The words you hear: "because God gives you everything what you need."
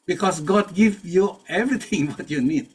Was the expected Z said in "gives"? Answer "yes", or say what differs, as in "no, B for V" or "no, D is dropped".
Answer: no, Z is dropped